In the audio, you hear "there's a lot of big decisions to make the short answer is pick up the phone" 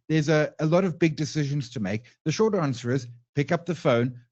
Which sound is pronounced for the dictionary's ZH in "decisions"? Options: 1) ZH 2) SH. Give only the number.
1